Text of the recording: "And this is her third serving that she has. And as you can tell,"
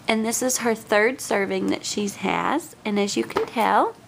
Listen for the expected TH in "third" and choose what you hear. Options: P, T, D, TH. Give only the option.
TH